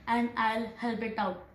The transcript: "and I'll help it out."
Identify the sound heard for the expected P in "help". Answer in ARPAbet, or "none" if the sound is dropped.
B